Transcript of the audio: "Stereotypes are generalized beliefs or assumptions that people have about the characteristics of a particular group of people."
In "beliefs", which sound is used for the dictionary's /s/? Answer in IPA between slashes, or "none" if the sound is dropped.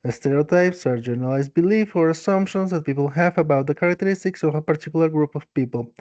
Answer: none